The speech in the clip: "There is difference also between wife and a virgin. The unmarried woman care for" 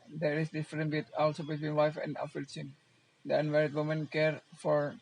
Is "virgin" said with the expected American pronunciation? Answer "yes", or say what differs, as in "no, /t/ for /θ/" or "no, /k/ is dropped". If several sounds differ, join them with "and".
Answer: no, /f/ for /v/